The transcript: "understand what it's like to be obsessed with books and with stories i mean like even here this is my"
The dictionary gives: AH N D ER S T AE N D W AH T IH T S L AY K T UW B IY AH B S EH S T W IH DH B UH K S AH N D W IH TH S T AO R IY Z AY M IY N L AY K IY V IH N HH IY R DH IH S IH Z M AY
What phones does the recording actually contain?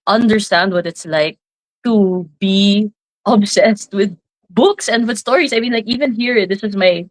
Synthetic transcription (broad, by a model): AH N D ER S T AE N D W AH T IH T S L AY K T UW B IY AH B S EH S T W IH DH B UH K S AH N D W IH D S T AO R IY S AY M IY N L AY K IY V IH N HH IY R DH IH S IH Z M AY